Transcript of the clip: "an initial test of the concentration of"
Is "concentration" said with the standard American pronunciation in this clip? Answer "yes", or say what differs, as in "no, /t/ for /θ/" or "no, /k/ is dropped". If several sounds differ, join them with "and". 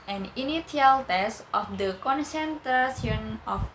no, /s/ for /ʃ/